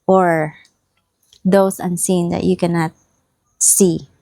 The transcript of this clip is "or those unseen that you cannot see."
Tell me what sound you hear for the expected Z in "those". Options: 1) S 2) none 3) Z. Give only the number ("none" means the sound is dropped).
1